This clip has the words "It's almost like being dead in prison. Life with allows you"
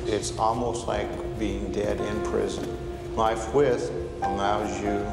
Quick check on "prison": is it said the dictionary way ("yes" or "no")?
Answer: yes